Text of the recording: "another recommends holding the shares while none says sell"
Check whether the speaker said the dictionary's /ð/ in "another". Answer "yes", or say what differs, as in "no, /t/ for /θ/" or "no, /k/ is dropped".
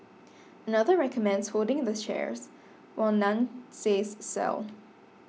yes